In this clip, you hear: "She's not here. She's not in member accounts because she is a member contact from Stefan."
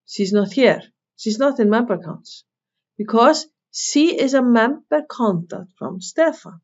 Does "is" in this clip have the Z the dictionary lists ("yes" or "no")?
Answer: yes